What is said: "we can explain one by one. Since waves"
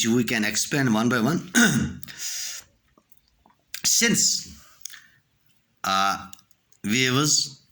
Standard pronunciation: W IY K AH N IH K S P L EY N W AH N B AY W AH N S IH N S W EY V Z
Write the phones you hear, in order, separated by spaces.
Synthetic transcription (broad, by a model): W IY K AH N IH K S P EY N W AH N B AY W AH N S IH N S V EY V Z